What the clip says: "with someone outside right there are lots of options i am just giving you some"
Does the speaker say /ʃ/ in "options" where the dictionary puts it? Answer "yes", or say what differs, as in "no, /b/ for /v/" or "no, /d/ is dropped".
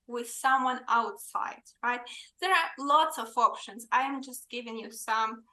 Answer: yes